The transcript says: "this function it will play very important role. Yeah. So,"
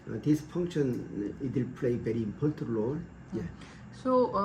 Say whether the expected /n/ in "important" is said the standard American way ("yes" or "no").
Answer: no